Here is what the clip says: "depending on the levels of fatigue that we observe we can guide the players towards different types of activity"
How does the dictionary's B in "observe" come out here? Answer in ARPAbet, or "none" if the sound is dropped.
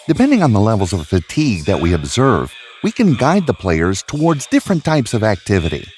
B